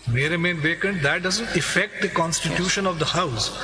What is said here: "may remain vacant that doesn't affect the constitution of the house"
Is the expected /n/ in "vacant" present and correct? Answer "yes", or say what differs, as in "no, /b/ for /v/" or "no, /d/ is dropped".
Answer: yes